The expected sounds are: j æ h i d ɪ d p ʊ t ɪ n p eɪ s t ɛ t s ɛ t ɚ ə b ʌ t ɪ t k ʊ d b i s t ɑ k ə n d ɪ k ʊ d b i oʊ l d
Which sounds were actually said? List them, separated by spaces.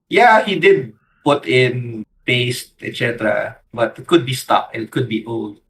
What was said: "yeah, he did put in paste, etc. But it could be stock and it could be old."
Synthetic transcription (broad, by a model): j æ h i d ɪ d p ʊ t ɪ n p eɪ s t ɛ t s ɛ t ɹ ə b ʌ t ɪ t k ʊ d b i s t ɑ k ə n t k ʊ d b i oʊ l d